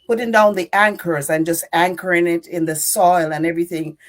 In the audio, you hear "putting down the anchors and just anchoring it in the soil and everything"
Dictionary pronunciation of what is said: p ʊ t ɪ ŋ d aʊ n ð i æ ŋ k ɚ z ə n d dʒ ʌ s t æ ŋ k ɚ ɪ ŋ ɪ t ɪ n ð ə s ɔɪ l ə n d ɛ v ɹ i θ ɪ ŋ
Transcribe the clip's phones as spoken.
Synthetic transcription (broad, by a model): p ʊ t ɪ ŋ d aʊ n ð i æ ŋ k ɚ z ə n dʒ ʌ s t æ ŋ k ɚ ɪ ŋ ɪ t ɪ n ð ə s ɔɪ l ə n ɛ v ɹ i θ ɪ ŋ